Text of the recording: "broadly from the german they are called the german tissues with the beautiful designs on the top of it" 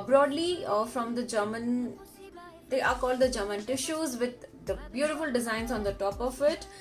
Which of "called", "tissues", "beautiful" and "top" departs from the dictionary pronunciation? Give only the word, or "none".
none